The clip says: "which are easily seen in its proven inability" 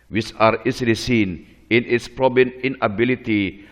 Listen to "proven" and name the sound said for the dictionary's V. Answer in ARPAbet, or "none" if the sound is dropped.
B